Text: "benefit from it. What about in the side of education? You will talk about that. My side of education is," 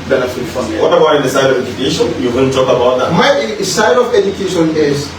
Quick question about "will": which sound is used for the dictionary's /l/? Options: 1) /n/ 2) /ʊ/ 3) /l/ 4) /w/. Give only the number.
1